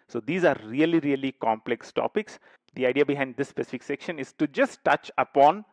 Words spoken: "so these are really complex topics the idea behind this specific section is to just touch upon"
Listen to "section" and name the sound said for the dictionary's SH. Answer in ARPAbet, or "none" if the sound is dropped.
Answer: SH